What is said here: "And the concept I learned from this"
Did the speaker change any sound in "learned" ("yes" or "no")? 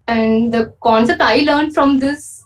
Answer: no